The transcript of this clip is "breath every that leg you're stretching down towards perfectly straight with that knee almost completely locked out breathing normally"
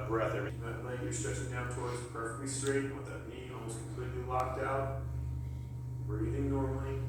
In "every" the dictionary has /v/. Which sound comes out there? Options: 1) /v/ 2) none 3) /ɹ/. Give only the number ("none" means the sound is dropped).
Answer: 2